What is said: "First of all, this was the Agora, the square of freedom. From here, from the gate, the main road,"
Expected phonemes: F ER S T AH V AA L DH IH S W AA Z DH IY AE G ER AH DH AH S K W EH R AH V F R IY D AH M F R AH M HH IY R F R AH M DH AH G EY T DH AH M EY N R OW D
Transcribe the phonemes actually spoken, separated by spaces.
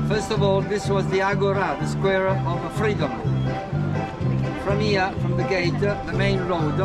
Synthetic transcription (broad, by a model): F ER S T AH V AA L DH IH S W AA Z DH IY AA G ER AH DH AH S K W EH R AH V F R IY D AH M F R AH M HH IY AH F R AH M DH AH G EY T DH AH M EY N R OW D